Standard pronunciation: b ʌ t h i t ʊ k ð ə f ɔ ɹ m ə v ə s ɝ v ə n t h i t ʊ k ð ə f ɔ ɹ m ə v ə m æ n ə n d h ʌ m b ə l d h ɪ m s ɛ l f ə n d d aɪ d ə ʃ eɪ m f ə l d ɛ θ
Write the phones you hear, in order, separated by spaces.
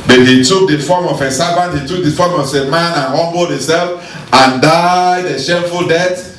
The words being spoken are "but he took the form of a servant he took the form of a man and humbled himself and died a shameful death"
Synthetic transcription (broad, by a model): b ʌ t h i t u k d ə f ɔ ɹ m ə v ə s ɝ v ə n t h i t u k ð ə f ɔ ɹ m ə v ə m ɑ n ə n h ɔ m b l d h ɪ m s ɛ l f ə n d d aɪ d ə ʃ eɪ f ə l d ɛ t